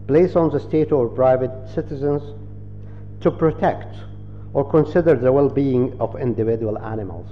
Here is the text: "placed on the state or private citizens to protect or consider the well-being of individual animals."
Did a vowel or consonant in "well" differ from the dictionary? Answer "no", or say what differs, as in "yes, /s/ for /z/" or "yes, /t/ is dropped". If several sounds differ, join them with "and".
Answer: no